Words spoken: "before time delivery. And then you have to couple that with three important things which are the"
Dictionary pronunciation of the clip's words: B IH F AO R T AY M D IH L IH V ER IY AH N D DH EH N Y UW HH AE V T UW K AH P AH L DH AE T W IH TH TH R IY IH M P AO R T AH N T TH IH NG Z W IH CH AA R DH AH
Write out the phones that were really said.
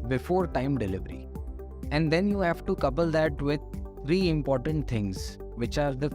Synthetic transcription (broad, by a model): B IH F AO R T AY M D IH L IH V ER IY AH N D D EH N Y UW HH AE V T UW K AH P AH L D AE T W IH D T R IY IH M P AO R T AH N T T IH NG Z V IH CH AA R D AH